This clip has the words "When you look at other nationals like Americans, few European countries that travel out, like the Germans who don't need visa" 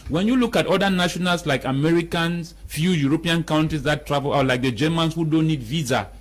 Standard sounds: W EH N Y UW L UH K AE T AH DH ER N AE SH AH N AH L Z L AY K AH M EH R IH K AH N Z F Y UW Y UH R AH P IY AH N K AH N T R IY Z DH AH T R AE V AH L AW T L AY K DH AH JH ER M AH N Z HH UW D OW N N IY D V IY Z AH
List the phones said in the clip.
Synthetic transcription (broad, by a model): W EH N Y UW L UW K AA T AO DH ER N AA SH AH N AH L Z L AY K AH M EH R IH K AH N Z F Y UW Y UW R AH P IY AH N K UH N T IY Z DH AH T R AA V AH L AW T L AY K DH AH JH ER M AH N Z HH UW D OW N N IY D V IY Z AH